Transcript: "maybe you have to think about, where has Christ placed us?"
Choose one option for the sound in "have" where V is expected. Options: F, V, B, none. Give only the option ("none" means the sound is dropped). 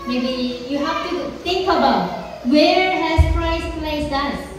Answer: F